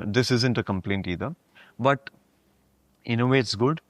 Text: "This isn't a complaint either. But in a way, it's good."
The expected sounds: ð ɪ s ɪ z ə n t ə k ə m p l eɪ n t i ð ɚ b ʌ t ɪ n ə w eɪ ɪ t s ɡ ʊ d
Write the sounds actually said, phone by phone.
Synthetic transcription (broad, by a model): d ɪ s ɪ z ə n t ə k ə m p l eɪ n t i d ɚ b ʌ t ɪ n ə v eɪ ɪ t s ɡ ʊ d